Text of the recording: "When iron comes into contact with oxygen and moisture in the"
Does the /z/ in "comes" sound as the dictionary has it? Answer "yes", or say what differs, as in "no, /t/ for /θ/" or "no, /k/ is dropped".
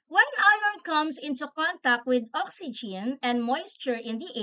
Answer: no, /s/ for /z/